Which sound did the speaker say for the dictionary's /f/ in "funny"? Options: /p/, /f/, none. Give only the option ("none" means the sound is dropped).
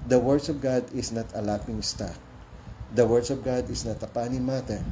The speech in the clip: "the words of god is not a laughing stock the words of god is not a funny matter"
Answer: /p/